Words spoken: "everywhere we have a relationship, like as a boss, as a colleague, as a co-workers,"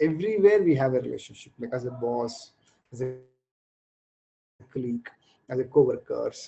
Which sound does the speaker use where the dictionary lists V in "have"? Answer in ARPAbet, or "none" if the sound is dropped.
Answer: V